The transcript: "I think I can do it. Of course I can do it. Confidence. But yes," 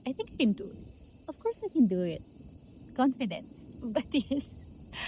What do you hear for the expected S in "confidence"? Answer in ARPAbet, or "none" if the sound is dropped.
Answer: S